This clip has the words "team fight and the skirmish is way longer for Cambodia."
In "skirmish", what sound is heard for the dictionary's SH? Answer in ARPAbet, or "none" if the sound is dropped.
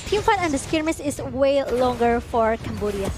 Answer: S